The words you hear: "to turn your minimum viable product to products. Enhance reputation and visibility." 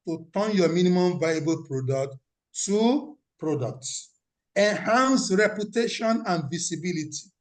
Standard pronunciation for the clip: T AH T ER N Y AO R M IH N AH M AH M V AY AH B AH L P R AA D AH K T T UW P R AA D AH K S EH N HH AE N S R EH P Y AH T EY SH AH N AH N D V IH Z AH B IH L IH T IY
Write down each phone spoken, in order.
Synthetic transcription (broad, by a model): T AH T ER N Y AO M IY N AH M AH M V AY AH B AH L P R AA D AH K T T UW P R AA D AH K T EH N HH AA N S R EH P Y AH T EY SH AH N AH N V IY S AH B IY L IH T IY